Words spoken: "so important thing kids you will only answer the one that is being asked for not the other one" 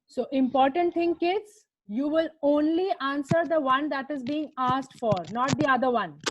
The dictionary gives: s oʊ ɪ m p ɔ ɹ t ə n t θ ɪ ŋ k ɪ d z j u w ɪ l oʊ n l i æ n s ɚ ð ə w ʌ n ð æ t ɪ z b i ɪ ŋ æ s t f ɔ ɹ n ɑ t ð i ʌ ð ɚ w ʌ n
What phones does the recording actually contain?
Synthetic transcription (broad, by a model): s oʊ ɪ m p ɔ ɹ t ə n t t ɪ ŋ k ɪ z j u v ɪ l oʊ n l i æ n s ɚ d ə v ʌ n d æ t ɪ z b i ɪ ŋ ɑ s t f ɔ ɹ n ɑ t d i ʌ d ɚ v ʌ n